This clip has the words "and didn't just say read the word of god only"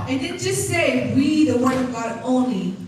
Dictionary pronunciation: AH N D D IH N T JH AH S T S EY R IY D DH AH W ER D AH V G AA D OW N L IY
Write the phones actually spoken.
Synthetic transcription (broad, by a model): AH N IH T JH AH S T S EY W IY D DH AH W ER AH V G AA D OW N L IY